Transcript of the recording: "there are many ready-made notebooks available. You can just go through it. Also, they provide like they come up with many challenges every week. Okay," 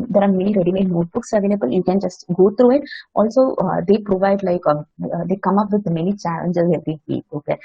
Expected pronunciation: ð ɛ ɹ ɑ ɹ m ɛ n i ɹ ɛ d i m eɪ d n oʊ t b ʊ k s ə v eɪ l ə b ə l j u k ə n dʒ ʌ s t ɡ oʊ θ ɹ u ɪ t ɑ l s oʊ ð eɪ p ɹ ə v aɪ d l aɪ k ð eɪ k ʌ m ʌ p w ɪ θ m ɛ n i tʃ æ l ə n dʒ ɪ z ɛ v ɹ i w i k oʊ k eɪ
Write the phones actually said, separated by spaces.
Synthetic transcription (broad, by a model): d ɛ ɹ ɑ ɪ m ɛ n i ɹ ɛ d i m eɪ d n oʊ t b ʊ k s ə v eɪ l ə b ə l j u k ə n dʒ ʌ s t ɡ oʊ t ɹ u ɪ t ɑ l s oʊ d eɪ p ɹ ə v aɪ d l aɪ k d eɪ k ʌ m ʌ p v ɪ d m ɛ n i tʃ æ l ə n dʒ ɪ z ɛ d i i oʊ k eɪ